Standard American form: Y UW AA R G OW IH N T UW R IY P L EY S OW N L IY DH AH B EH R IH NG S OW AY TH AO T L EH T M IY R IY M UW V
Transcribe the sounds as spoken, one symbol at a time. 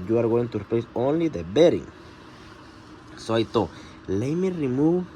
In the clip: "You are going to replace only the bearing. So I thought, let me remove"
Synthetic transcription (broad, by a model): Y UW AA R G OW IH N T UW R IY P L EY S OW N L IY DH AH B EH R IH NG S OW AY T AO L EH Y M IY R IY M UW